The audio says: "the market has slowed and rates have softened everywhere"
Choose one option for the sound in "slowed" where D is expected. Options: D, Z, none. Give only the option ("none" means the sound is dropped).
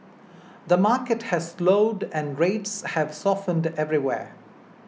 D